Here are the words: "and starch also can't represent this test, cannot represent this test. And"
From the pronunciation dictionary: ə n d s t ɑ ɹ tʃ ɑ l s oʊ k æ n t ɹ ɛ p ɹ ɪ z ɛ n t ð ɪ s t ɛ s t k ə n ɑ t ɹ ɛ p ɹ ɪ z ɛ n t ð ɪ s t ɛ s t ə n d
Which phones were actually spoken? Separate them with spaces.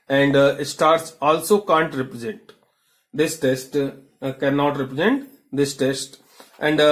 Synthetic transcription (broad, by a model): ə n d s t ɑ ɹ s ɑ l s oʊ k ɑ n t ɹ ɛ p ɹ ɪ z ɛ n t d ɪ s t ɛ s t k ə n ɑ t ɹ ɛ p ɹ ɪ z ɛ n t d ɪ s t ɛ s t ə n d